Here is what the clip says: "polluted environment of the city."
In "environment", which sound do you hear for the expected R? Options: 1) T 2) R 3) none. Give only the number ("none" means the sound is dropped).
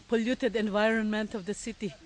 2